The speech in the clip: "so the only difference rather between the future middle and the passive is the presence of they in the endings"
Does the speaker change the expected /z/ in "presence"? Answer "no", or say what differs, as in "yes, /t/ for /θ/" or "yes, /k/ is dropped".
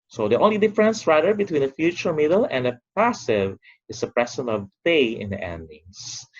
yes, /s/ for /z/